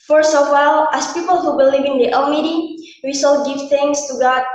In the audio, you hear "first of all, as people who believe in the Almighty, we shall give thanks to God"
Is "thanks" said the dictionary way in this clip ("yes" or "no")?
no